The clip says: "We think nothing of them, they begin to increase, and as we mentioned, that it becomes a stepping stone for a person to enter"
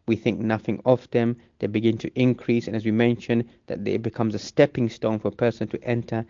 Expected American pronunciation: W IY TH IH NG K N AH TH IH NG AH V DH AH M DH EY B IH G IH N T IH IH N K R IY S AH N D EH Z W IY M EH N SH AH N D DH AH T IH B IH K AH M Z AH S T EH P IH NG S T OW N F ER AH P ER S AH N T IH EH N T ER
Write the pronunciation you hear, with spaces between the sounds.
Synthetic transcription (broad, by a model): W IY TH IH NG K N AH TH IH NG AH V DH AH M DH EY B IH G IH N T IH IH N K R IY S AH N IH Z W IY M EH N SH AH N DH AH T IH B IH K AH M Z AH S T EH P IH NG S T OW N F ER AH P ER S AH N T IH EH N T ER